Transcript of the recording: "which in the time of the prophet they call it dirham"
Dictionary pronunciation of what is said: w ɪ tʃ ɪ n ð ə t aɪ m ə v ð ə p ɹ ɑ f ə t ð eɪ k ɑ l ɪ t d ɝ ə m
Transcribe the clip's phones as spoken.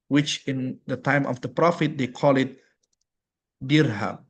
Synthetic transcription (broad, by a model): w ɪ tʃ ɪ n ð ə t aɪ m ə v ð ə p ɹ ɑ f ə t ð eɪ k ɑ l ɪ t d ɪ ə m